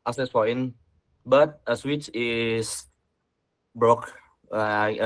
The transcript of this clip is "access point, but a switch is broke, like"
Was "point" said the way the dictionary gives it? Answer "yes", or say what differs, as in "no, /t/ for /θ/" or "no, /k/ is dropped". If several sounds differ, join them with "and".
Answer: no, /f/ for /p/